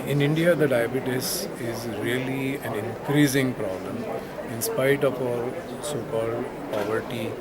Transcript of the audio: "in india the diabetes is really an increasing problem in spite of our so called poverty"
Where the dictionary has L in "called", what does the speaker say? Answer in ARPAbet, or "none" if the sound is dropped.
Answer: L